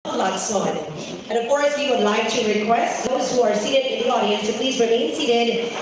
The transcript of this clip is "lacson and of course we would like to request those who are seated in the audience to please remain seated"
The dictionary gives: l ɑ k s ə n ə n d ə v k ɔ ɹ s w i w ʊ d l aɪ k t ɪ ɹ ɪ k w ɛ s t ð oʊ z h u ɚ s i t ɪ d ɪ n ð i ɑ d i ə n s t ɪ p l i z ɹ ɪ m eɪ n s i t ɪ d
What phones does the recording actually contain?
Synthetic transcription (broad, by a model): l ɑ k s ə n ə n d ə v k ɔ ɹ s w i w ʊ d l aɪ k t ɪ ɹ ɪ k w ɛ s t ð oʊ z h u ɚ s i t ɪ d ɪ n ð i ɑ d i ə n s t ɪ p l i z ɹ ɪ m eɪ n s i t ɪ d